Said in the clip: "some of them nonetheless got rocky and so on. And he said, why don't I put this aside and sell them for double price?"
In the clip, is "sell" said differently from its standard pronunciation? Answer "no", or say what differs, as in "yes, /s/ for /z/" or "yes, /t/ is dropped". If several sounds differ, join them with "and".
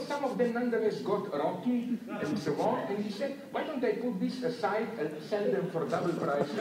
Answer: no